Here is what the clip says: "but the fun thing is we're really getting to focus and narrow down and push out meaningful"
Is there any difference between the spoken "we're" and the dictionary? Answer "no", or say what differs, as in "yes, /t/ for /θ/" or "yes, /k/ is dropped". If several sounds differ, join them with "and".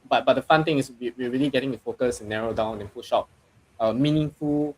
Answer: yes, /w/ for /ɹ/